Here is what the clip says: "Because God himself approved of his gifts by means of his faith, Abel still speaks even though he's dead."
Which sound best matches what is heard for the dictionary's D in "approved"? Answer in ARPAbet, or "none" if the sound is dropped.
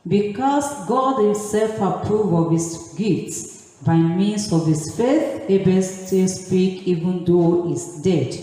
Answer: none